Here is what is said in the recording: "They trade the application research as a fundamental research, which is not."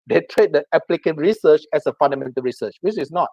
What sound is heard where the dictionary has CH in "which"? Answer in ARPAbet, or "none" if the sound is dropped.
S